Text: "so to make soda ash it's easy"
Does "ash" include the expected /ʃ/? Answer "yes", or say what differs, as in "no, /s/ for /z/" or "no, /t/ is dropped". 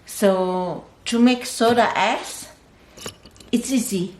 no, /s/ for /ʃ/